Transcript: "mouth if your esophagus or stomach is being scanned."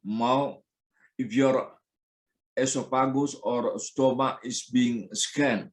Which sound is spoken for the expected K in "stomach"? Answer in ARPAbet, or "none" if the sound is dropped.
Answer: none